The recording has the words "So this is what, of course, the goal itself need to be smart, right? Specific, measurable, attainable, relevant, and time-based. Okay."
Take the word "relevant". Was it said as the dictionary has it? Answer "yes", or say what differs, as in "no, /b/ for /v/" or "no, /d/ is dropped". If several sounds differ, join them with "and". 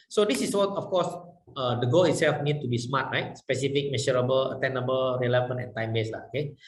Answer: no, /t/ is dropped